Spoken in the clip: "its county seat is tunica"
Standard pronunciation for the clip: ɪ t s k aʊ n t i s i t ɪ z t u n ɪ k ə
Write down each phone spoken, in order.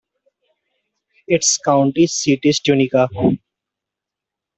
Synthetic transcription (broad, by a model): ɪ t s k aʊ n t i s i t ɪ s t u n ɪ k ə